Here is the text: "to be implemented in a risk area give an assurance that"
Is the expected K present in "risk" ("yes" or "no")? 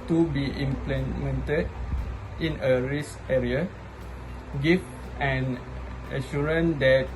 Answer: no